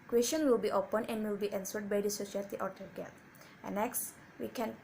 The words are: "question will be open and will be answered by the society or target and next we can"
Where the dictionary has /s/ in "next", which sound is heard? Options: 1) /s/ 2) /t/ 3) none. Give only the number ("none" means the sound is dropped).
1